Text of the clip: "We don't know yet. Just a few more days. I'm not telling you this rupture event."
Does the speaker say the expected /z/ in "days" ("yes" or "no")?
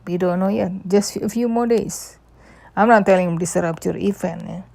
no